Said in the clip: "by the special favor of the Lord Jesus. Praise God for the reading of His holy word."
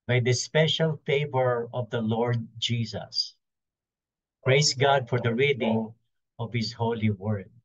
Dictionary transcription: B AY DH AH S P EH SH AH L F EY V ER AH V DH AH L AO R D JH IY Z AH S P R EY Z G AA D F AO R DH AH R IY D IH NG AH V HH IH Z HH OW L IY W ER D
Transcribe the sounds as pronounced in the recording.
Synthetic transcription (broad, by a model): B AY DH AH S P EH SH AH L F EY V ER AH V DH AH L AO R D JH IY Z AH S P R EY S G AA D F AO R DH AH R IY D IH NG AH V HH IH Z HH OW L IY W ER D